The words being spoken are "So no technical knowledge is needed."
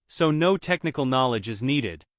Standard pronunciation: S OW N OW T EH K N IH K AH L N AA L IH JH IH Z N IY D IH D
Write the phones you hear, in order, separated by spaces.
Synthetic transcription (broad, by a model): S OW N OW T EH K N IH K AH L N AA L IH JH IH Z N IY D IH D